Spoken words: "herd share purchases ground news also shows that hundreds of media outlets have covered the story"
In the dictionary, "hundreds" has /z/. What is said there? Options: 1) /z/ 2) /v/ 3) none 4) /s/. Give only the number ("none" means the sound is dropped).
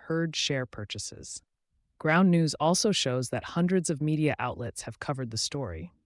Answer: 1